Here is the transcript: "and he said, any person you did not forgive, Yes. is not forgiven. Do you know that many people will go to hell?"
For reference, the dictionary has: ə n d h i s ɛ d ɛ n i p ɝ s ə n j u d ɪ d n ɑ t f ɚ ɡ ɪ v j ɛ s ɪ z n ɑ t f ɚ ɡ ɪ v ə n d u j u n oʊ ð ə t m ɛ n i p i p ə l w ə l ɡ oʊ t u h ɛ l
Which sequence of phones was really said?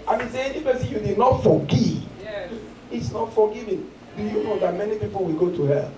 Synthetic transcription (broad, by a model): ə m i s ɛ ɛ n i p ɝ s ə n j u d ɪ d n ɑ t f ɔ ɡ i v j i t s n ɑ t f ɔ ɡ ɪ v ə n d u j u n oʊ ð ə t m ɛ n i p i p ə l w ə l ɡ oʊ t u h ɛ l